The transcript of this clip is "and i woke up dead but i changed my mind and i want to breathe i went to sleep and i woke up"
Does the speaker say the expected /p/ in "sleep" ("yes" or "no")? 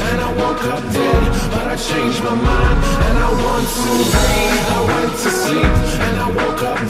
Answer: no